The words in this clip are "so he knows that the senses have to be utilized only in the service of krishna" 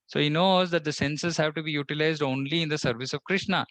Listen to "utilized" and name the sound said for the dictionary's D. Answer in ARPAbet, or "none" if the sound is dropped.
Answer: D